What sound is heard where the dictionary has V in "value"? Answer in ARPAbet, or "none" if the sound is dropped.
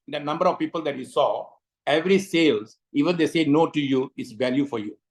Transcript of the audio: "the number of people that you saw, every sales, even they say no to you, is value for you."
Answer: V